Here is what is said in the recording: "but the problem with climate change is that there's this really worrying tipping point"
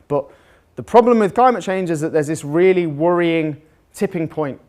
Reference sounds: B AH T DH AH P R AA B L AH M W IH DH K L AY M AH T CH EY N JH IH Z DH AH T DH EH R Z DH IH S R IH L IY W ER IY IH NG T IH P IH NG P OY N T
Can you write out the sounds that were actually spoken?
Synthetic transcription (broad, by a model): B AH T DH AH P R AA B L AH M W IH DH K L AY M AH T CH EY N JH IH Z DH AH T DH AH Z DH IH S R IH L IY W ER IY IH NG T IH P IH NG P OY N T